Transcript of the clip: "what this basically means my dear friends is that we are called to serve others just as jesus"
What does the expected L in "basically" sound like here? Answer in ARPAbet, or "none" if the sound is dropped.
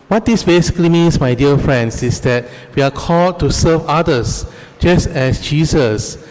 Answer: L